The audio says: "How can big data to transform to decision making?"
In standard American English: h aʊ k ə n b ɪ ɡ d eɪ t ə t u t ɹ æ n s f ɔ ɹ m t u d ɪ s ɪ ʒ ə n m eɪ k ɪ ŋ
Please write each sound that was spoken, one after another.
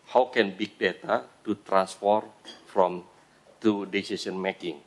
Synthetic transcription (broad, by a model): h aʊ k ə n b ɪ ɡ d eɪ t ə t u t ɹ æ n s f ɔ ɹ m t u d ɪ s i s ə n m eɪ k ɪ ŋ